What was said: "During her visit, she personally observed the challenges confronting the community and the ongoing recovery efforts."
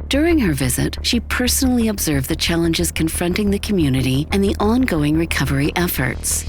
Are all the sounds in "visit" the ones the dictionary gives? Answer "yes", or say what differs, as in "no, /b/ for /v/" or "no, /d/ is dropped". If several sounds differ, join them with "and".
yes